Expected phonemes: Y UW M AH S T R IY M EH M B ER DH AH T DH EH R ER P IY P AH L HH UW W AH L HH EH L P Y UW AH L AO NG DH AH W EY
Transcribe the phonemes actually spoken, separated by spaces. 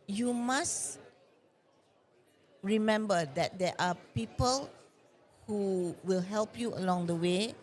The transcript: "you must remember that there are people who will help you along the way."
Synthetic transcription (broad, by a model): Y UW M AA S R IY M EH M B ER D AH T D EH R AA P IY P AH L HH UW W AH L HH EH L P Y UW AH L AO NG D AH W EY